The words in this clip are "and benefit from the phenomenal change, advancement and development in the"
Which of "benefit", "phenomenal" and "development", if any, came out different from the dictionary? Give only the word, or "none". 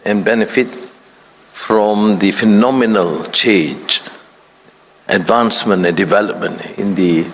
none